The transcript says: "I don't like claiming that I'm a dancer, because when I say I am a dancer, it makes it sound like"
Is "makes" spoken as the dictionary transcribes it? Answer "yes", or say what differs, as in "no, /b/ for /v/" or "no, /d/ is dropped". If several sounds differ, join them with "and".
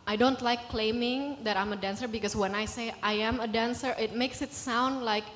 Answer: yes